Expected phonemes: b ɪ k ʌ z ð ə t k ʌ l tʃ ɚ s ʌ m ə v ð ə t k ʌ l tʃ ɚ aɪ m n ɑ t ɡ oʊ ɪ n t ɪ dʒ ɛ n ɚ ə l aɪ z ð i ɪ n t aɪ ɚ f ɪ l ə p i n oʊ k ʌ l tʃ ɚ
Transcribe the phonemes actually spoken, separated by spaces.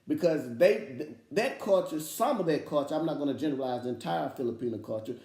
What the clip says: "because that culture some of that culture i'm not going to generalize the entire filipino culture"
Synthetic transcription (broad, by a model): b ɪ k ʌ z ð ə t k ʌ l tʃ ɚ s ʌ m ə v ð ə t k ʌ l tʃ ɚ aɪ m n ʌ t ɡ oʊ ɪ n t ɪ dʒ ɛ n ɚ ə l aɪ z ð i ɪ n t aɪ ɚ f ɪ l ə p i n oʊ k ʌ l tʃ ɚ